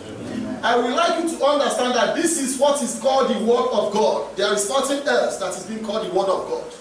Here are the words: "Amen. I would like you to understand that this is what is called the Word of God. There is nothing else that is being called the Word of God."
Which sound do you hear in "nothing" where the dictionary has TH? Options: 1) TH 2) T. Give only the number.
2